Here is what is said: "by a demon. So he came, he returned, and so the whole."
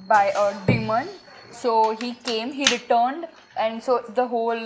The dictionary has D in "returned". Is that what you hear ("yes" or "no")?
yes